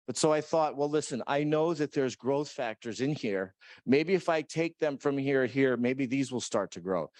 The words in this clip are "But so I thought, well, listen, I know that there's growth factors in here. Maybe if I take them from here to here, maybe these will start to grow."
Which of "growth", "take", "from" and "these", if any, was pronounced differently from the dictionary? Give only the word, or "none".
none